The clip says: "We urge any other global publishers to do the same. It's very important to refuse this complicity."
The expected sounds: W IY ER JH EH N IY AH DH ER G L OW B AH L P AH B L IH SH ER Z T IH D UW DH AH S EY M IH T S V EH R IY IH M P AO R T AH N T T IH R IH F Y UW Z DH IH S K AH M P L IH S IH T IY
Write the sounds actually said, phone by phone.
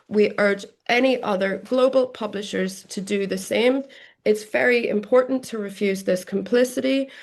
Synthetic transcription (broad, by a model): W IY ER JH EH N IY AH DH ER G L OW B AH L P AH B L IH SH ER Z T IH D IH DH AH S EY M IH T S V EH R IY IH M P AO R T N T T IH R IH F Y UW Z DH IH S K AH M P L IH S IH T IY